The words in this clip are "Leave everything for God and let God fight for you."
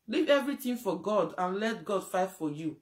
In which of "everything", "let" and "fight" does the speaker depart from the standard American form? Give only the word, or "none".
everything